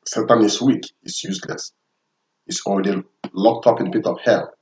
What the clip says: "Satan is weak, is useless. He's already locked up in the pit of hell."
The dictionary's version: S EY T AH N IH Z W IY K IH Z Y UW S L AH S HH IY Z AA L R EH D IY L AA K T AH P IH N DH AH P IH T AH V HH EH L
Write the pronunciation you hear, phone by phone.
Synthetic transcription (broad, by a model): S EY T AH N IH S W IY K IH S Y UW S L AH S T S AA L R EH D IY L AA K T AH P IH N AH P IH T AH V HH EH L